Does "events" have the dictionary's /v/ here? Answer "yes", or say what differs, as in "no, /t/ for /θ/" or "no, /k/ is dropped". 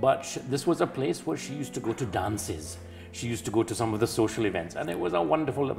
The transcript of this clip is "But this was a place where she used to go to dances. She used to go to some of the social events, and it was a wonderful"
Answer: yes